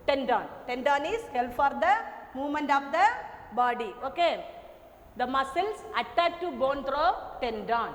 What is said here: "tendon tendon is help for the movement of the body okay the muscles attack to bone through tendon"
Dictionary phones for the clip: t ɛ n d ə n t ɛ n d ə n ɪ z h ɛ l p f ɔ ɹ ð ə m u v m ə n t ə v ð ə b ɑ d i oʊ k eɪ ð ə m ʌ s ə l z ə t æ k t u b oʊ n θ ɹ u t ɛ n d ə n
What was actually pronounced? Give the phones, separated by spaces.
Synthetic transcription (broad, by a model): t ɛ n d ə n t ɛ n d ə n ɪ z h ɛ l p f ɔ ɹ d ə m u v m ə n t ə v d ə b ɑ d i oʊ k eɪ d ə m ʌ s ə l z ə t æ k t u b oʊ n t ɹ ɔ t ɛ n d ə n